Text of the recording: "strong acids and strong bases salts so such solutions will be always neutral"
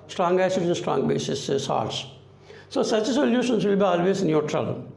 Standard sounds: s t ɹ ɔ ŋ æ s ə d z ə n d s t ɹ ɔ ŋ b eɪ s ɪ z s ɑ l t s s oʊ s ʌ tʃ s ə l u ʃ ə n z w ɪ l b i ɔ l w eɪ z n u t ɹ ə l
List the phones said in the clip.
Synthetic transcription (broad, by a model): s t ɹ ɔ ŋ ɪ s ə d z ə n s t ɹ ɔ ŋ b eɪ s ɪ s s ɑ t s s oʊ s ʌ tʃ s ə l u ʃ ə n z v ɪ l b i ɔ l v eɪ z n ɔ t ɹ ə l